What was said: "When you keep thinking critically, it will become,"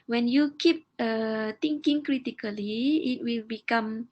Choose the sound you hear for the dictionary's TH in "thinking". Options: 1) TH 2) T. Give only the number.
2